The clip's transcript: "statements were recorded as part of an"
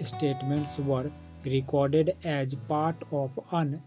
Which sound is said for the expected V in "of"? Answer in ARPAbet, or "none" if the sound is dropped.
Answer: P